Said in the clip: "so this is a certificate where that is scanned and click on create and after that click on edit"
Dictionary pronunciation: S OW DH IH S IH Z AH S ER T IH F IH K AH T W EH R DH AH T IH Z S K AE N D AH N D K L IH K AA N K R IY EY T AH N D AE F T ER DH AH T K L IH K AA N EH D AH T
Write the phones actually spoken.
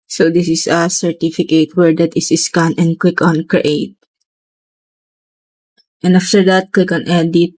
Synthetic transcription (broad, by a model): S OW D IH S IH S AH S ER T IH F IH K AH T W EH R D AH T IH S S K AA N AH N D K L IH K AA N K R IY EY T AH N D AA F T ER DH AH T K L IH K AA N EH D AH T